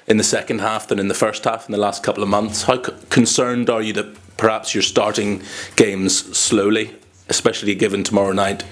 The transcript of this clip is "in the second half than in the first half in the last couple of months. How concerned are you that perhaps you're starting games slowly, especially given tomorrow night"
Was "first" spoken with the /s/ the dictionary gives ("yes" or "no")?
yes